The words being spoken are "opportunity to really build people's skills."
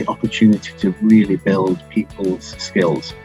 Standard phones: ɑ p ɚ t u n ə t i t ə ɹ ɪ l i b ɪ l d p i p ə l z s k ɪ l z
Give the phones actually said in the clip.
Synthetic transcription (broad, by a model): ɑ p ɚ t u n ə t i t ə ɹ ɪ l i b ɪ l d p i p ə l z s k ɪ l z